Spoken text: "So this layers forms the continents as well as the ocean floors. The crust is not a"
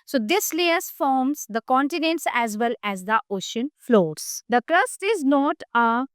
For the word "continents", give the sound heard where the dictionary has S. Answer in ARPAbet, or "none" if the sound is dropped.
S